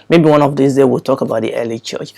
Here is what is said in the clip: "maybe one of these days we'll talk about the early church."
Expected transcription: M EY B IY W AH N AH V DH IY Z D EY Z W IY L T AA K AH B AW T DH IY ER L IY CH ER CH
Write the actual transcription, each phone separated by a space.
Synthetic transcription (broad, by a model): M EY B IY W AH N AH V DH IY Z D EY W IY L T AA K AH B AW T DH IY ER L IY CH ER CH